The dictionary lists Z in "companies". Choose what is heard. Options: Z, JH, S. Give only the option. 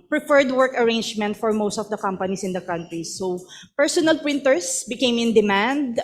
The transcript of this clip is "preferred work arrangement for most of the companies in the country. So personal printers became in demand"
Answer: S